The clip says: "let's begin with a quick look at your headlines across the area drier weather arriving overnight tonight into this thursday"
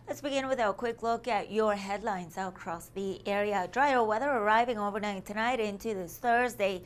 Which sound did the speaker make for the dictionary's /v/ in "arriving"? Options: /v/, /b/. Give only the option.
/v/